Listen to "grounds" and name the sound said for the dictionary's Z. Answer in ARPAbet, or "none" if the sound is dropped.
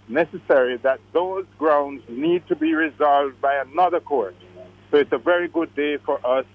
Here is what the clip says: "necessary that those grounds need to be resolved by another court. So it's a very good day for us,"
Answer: Z